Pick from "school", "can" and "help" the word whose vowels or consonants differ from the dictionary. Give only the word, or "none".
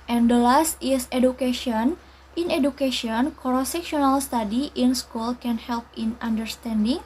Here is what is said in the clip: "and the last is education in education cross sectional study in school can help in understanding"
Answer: none